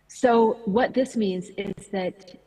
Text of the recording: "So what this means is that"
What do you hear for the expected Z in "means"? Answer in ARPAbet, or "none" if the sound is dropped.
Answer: Z